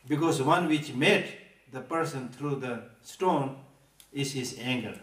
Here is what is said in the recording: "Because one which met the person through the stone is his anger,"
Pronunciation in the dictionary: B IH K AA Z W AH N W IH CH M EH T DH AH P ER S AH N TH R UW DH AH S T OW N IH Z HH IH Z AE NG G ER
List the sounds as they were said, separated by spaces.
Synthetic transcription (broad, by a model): B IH K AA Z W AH N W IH CH M EH T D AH P ER S AH N T R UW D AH S T OW N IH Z HH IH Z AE NG G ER